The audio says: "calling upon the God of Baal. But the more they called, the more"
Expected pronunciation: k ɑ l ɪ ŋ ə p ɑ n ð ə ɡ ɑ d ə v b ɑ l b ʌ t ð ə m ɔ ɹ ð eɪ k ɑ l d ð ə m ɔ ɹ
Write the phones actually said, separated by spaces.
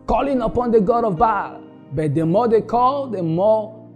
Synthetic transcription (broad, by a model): k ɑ l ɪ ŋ ə p ɑ n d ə ɡ ɑ d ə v b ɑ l b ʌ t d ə m ɔ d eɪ k ɑ l d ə m ɔ